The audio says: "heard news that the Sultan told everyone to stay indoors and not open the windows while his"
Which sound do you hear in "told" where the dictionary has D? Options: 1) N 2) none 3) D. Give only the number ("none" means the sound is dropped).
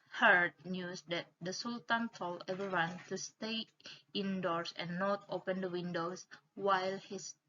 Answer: 2